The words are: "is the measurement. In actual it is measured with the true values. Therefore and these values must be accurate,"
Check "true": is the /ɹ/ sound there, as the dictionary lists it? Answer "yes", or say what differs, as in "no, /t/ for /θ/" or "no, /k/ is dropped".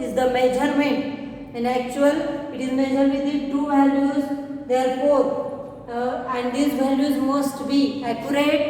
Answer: no, /ɹ/ is dropped